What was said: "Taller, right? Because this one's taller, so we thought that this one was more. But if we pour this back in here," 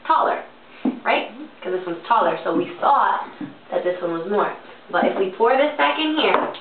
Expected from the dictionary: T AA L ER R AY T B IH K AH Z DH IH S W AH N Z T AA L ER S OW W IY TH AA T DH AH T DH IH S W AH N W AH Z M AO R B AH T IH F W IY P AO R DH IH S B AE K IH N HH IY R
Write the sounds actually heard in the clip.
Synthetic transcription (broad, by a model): T AA L ER R AY T K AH Z DH IH S W AH N Z T AA L ER S OW W IY S AA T DH AH T DH IH S W AH N W AH Z M AO R B AH T IH F W IY P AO R DH IH S B AE K IH N HH IY R